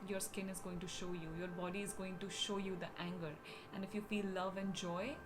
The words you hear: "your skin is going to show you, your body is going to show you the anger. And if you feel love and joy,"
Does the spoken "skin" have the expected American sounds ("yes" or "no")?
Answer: yes